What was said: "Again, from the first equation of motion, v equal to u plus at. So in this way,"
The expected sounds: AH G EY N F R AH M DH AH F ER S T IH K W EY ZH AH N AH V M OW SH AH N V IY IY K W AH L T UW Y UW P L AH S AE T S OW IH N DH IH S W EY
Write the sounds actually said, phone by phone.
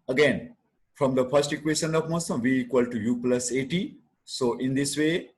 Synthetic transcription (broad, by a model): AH G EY N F R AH M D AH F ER S T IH K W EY SH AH N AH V M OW S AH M V IY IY K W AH L T UW Y UW P L AH S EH T S OW IH N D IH S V EY